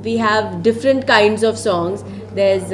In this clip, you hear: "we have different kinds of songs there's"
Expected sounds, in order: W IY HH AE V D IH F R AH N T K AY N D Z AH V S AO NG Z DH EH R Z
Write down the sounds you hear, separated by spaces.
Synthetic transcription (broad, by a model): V IY HH AE V D IH F R AH N T K AY N D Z AH V S AO NG Z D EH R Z